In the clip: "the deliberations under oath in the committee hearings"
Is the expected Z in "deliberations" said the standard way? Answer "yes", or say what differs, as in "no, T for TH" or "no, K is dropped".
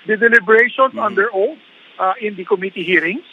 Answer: no, S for Z